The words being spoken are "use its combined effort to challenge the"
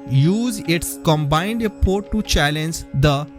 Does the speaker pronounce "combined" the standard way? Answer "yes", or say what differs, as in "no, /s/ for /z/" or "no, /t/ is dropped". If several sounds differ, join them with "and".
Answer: yes